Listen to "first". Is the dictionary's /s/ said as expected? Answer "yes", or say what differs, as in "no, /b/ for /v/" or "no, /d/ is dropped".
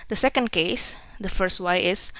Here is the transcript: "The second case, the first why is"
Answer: yes